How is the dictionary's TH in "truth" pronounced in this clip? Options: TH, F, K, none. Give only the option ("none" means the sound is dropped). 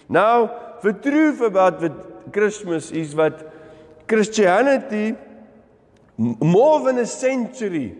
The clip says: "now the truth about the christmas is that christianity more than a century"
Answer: F